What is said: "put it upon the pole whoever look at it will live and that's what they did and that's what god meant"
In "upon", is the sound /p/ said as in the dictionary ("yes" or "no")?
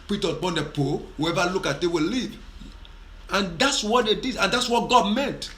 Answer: no